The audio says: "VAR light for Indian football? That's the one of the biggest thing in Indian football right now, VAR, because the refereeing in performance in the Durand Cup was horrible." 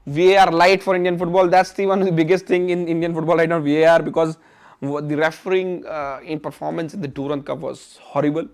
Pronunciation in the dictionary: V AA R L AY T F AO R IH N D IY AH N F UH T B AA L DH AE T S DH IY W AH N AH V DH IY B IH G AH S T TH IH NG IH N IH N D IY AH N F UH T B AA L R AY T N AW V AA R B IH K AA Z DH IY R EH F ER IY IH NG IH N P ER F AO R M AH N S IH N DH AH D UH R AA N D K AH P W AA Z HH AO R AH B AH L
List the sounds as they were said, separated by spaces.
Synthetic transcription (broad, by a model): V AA R L AY T F AO R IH N D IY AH N F UH T B AA L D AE T S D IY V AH N AH V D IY B IH G AH S T T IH NG IH N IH N D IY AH N F UH T B AA L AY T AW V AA R B IH K AA Z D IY R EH F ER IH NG IH N P ER F AO R M AH N S IH N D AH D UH R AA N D K AH P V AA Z HH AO R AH B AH L